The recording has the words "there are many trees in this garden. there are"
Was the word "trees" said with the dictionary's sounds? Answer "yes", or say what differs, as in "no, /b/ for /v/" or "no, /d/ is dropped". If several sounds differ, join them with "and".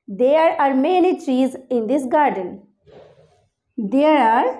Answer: yes